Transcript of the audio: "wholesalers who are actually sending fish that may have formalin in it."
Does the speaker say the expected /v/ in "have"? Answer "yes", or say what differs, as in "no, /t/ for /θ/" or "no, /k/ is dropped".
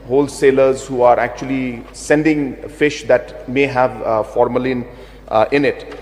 yes